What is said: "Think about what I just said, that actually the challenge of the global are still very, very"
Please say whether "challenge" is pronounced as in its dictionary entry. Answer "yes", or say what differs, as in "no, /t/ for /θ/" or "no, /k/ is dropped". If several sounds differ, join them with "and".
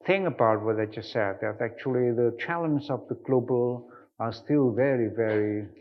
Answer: no, /z/ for /dʒ/